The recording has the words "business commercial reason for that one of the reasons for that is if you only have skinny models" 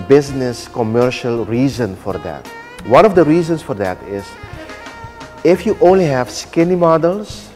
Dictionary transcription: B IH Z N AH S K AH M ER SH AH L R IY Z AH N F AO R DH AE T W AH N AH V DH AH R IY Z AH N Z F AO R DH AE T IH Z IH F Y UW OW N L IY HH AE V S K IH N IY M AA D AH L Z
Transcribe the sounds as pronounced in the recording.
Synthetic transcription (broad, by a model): B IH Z N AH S K AH M ER SH AH L R IY Z AH N F AO R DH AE T W AH N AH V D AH R IY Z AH N S F AO R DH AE T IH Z IH F Y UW OW N L IY HH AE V S K IH N IY M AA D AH L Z